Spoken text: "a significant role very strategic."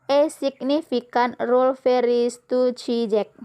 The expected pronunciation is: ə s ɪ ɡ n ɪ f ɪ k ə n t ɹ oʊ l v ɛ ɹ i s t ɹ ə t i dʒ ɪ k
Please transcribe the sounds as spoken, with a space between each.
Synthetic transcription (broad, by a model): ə s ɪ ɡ n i f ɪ k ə n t ɹ oʊ l f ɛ ɹ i s t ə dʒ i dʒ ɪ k